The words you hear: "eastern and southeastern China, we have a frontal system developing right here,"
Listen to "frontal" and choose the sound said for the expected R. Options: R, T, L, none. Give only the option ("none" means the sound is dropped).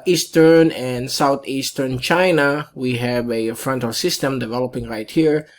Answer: R